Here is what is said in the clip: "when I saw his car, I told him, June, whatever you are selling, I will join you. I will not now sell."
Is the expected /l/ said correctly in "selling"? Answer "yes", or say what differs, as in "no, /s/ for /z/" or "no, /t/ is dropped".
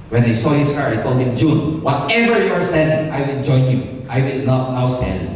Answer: no, /n/ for /l/